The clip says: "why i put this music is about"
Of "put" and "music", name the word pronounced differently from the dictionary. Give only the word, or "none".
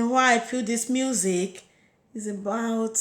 put